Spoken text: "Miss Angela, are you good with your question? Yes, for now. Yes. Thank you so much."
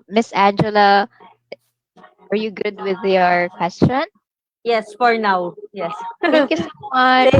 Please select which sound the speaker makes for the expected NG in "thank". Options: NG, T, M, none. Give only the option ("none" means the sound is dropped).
none